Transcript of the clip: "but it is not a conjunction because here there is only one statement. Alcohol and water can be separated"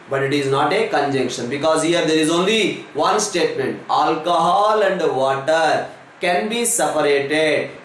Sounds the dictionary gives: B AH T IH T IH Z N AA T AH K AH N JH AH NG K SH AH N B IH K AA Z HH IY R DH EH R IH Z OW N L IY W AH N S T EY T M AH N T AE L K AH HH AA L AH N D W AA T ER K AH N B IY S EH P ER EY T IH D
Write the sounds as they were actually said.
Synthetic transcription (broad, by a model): B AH T IH T IH Z N AA T AH K AH N JH AH NG K SH AH N B IH K AA Z HH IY R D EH R IH Z OW N L IY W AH N S T EY T M AH N T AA L K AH HH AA L AH N D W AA T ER K AH N B IY S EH P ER EY T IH D